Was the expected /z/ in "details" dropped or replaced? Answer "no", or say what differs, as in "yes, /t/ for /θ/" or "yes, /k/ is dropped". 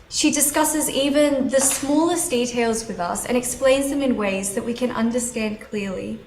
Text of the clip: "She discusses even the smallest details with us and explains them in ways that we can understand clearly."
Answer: no